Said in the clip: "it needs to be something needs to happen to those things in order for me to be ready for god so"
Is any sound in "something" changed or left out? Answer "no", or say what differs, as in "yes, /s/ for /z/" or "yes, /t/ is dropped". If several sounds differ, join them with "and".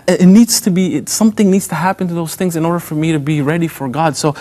no